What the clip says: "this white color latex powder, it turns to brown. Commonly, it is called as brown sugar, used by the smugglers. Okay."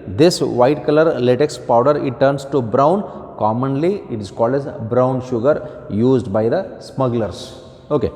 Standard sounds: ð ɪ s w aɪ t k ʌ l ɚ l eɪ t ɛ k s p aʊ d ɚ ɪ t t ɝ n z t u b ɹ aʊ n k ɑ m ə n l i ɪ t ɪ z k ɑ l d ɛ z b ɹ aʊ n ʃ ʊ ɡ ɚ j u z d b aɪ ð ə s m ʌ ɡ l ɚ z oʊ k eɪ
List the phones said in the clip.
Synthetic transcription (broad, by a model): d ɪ s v aɪ t k ʌ l ɚ l eɪ t ɛ k s p aʊ d ɚ ɪ t t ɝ n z t u b ɹ aʊ n k ɑ m ə n l i ɪ t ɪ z k ɑ l d ɛ z b ɹ aʊ n ʃ ʊ ɡ ɚ j u z d b aɪ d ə s m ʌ ɡ l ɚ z oʊ k eɪ